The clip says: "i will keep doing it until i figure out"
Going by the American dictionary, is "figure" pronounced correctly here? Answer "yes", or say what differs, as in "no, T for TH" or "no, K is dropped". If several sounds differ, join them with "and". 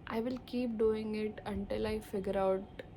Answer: yes